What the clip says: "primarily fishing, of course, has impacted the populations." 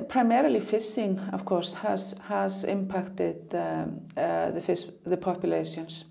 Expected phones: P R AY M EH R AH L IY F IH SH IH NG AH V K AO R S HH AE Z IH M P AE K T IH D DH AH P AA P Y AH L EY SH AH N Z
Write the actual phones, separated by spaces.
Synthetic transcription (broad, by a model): P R AY M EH R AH L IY F IH S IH NG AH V K AO R S HH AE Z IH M P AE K T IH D DH AH P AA P Y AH L EY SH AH N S